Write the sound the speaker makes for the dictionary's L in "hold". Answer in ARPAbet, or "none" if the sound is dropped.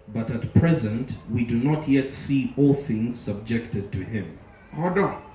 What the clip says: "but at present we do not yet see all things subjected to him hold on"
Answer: none